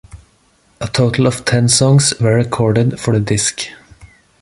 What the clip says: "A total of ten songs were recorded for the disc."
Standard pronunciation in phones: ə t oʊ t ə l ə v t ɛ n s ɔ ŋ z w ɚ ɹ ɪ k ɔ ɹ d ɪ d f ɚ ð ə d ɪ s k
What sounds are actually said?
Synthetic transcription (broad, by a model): ə t oʊ t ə l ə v t ɛ n s ɔ ŋ s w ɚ ɹ ɪ k ɔ ɹ d ɪ d f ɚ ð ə d ɪ s k